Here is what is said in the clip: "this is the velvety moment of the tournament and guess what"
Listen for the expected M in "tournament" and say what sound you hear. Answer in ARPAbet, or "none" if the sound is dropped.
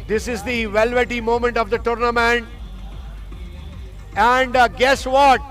M